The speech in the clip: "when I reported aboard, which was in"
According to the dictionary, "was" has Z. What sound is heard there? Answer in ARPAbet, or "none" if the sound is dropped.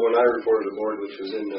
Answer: Z